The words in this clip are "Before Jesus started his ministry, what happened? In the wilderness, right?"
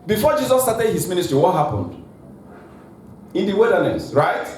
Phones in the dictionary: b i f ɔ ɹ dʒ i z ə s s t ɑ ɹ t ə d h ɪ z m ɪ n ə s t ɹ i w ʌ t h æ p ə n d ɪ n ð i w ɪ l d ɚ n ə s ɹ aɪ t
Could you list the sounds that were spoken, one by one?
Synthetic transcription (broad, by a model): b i f ɔ dʒ i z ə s s t ɑ t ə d h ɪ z m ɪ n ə s t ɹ i w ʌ t h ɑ p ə n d ɪ n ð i w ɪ d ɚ n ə s ɹ aɪ t